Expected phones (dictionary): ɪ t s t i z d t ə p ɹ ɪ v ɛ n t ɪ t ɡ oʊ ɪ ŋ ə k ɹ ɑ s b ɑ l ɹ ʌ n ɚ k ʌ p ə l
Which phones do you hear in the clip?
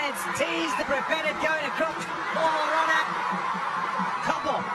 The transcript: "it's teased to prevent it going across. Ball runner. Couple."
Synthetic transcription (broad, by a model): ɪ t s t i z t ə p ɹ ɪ p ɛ t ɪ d ɡ oʊ ɪ ŋ ə k ɹ ɑ s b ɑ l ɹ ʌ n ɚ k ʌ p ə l